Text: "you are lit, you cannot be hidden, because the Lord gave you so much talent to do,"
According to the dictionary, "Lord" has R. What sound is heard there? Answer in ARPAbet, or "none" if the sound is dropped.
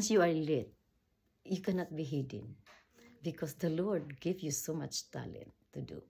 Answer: R